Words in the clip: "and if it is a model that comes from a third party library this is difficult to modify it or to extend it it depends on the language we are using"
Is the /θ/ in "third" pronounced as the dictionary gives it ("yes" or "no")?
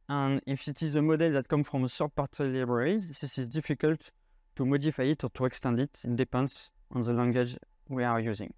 no